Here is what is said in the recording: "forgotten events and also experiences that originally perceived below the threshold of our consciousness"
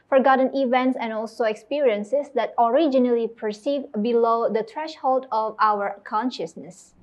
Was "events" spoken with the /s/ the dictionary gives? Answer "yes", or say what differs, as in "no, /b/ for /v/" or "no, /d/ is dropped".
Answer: yes